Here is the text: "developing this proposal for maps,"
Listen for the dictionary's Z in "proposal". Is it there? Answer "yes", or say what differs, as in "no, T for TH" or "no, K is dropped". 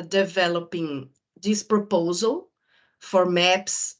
yes